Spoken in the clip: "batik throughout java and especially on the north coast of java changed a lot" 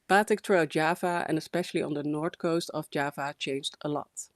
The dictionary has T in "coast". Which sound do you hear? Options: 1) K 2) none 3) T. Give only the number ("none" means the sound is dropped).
3